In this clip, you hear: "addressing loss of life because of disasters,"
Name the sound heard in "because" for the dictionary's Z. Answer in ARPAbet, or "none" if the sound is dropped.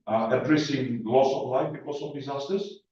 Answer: S